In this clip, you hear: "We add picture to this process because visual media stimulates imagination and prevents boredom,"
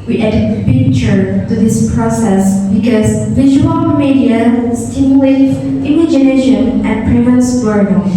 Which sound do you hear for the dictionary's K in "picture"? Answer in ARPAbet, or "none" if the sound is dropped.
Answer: none